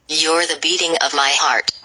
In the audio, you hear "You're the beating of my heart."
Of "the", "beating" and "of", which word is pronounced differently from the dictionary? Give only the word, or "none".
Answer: none